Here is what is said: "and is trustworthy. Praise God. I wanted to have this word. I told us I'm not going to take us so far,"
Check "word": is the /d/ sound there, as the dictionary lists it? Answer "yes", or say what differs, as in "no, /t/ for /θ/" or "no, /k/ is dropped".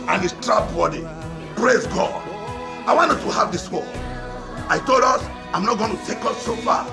no, /d/ is dropped